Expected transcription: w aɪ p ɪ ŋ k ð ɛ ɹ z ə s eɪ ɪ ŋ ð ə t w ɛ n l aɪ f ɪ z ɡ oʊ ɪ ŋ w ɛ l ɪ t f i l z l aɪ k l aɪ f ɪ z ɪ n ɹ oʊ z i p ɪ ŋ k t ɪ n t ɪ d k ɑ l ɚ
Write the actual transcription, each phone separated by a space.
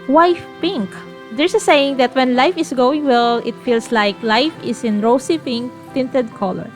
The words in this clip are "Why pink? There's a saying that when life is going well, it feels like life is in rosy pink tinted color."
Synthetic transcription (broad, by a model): w aɪ p ɪ ŋ k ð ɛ ɹ s ə s eɪ ɪ ŋ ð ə t w ɛ n l aɪ f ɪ s ɡ oʊ ɪ ŋ w ɛ l ɪ t f i l s l aɪ k l aɪ f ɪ s ɪ n ɹ oʊ s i p ɪ ŋ k t ɪ n t ɪ d k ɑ l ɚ